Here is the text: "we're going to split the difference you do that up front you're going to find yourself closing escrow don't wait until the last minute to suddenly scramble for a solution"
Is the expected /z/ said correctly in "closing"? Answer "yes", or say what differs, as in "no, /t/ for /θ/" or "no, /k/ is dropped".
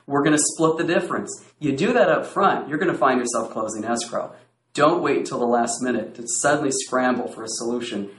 yes